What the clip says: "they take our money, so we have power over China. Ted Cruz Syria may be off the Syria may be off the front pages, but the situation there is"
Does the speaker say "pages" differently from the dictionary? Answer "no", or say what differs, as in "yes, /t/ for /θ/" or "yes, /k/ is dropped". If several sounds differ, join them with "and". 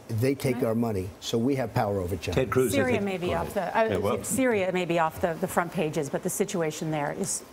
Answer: no